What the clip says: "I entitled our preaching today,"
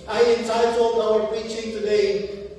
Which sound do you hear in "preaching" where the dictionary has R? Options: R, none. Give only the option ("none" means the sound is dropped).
none